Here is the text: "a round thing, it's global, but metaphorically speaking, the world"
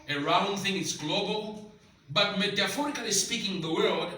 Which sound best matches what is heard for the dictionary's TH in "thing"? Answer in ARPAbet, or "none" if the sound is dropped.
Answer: TH